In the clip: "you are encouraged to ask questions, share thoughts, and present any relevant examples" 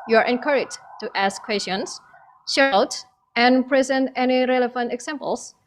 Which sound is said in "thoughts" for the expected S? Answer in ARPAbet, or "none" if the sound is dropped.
none